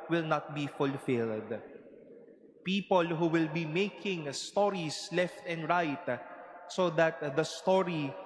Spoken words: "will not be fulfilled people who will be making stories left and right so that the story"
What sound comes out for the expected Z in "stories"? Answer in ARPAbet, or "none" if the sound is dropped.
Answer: S